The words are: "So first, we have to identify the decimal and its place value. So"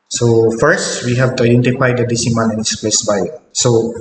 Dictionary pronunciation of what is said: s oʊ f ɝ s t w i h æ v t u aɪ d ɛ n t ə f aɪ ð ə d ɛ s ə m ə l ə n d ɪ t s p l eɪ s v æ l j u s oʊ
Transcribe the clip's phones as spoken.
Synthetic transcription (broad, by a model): s oʊ f ɝ s t w i h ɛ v t u aɪ d ɛ n t ə f aɪ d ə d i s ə m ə n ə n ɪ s p l eɪ s b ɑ j s oʊ